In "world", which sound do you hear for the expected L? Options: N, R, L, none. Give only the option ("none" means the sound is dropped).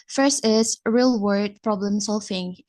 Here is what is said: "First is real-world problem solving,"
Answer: none